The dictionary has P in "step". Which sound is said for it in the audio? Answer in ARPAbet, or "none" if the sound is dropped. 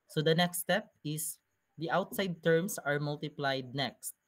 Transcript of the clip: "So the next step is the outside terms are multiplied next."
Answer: P